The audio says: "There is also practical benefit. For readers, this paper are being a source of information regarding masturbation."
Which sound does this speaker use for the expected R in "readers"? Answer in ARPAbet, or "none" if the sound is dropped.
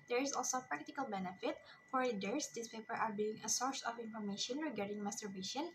L